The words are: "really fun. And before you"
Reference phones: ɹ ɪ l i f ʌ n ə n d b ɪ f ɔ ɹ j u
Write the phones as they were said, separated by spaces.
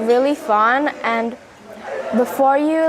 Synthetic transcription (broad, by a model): ɹ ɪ l i f ʌ n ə n b ɪ f ɔ ɹ j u